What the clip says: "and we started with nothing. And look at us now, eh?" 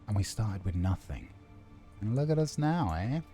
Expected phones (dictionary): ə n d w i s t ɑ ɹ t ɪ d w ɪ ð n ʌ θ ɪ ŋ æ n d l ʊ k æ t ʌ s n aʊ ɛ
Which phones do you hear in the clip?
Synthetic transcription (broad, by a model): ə n w i s t ɑ ɹ t ɪ d w ɪ ð n ʌ θ ɪ ŋ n l ʊ k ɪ t ʌ s n aʊ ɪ